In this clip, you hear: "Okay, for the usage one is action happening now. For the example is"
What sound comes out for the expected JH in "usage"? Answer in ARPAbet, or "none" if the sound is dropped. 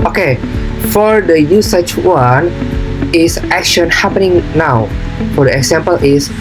CH